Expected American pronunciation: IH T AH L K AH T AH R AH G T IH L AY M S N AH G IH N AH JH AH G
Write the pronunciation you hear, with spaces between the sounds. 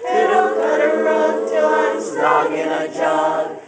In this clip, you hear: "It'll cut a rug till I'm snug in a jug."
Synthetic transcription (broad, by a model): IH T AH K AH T AH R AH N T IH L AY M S AH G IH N AH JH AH